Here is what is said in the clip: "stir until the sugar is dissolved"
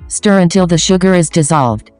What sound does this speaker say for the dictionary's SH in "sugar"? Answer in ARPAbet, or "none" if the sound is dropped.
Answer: SH